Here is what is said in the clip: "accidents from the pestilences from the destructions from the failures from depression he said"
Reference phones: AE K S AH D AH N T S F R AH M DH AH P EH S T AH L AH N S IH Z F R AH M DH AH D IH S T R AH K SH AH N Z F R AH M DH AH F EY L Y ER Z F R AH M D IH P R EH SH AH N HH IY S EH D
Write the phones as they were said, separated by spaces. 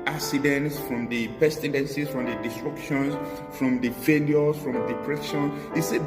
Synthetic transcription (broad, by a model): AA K S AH D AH N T S F R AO M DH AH P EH S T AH N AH N S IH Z F R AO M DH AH D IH S T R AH K SH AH N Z F R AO M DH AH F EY L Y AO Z F R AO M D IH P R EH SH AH N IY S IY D